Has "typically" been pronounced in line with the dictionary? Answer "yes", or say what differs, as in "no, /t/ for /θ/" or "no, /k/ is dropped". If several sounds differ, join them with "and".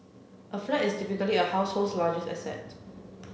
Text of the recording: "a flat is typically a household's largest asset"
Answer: no, /f/ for /p/